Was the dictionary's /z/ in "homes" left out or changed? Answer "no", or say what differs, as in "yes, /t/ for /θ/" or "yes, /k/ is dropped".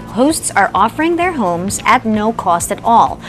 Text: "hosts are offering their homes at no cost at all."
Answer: no